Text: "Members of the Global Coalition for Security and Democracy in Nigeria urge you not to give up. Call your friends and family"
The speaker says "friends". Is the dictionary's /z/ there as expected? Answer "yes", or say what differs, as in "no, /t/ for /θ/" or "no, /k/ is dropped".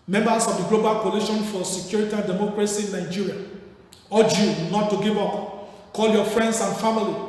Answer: no, /s/ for /z/